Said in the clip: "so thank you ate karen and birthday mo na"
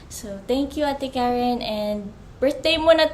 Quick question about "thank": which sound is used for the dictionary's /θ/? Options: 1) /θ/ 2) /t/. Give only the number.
2